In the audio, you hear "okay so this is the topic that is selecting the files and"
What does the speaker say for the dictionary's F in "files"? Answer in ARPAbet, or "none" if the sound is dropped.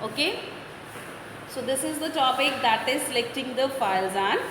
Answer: F